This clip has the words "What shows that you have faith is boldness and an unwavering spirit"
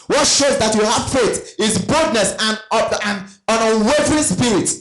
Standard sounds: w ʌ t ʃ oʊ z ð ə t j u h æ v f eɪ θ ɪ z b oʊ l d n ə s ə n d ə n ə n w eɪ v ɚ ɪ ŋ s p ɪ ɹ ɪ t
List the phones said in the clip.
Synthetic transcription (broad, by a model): w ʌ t ʃ oʊ z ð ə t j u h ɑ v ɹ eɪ t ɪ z b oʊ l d n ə s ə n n ə n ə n w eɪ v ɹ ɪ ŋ s p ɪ ɹ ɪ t